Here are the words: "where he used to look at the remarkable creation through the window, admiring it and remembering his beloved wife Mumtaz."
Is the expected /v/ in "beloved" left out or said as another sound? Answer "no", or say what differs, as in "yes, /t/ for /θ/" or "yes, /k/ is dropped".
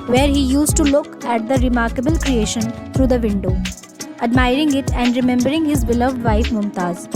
no